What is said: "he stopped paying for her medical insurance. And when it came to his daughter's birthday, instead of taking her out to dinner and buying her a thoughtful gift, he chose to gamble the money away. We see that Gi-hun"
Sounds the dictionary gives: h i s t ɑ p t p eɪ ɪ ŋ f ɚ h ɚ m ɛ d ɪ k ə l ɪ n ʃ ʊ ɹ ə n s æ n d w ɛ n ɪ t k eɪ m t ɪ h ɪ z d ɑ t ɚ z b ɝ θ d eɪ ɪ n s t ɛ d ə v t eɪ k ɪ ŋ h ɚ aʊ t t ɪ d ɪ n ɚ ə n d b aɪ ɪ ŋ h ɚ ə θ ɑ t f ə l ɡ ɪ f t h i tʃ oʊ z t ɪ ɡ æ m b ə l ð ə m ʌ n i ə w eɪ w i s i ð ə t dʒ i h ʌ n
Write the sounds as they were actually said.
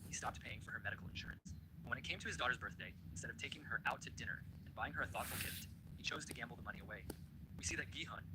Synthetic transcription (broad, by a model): h i s t ɑ p t p eɪ ɪ ŋ f ɚ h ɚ m ɛ d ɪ k l ɪ n ʃ ʊ ɹ ə n s w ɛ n ɪ t k eɪ m t ɪ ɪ z d ɑ t ɚ z b ɝ θ d eɪ ɪ n s t ɛ d ə v t eɪ k ɪ ŋ ɚ aʊ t t ɪ d ɪ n ɚ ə n b aɪ ɪ ŋ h ɚ ə θ ɑ t f l ɡ ɪ f t h i tʃ oʊ z t ɪ ɡ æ m b l ð ə m ʌ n i ə w eɪ w i s i ð ə t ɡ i h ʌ n